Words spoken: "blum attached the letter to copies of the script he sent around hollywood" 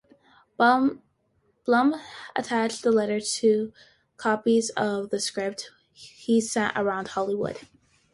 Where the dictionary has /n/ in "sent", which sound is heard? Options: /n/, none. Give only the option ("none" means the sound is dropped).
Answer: none